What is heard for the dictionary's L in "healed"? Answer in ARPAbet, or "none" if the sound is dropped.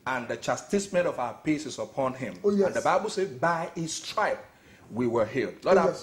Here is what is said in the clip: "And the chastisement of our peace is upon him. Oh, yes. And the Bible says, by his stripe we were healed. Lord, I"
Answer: L